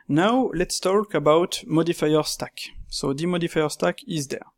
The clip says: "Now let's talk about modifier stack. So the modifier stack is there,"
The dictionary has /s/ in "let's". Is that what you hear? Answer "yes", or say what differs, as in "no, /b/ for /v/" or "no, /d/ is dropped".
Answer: yes